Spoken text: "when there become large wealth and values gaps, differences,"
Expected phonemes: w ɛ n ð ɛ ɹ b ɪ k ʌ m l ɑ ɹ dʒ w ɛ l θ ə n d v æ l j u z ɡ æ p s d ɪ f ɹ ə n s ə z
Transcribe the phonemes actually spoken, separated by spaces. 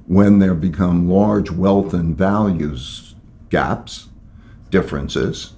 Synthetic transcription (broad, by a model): w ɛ n ð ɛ ɹ b ɪ k ʌ m l ɑ ɹ dʒ w ɛ l θ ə n v æ l j u z ɡ æ p s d ɪ f ɹ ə n s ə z